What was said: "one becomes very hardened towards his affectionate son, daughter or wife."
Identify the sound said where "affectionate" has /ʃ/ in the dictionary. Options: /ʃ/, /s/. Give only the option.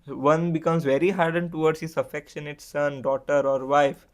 /ʃ/